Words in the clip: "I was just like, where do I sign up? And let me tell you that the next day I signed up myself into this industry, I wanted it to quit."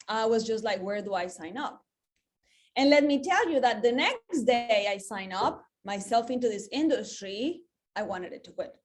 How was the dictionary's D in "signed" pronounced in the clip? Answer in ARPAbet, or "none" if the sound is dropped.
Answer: none